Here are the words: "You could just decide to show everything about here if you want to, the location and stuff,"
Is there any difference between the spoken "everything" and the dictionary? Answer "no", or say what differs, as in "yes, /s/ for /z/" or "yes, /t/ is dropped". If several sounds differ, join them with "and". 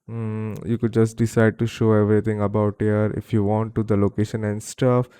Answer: yes, /t/ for /θ/